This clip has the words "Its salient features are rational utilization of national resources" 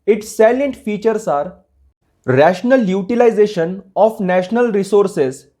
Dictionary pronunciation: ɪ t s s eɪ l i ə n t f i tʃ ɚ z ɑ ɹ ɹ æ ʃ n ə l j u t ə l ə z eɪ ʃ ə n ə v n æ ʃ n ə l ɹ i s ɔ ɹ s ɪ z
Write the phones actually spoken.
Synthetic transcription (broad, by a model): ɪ t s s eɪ l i n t f i tʃ ɚ s ɑ ɹ ɹ æ ʃ n ə l j u t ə l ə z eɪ ʃ ə n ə f n æ ʃ n ə l ɹ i s ɔ ɹ s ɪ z